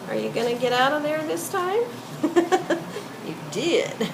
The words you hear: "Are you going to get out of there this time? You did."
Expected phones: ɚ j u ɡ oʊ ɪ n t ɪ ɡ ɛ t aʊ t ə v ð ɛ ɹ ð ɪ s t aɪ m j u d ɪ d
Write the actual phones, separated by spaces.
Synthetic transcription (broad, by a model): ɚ j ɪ ɡ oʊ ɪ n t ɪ ɡ ɛ t aʊ t ə v ð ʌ ɹ ð ɪ s t aɪ m j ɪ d ɪ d